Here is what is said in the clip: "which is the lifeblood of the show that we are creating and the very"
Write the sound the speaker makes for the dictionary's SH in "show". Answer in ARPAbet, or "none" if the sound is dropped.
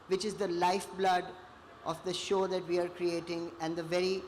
SH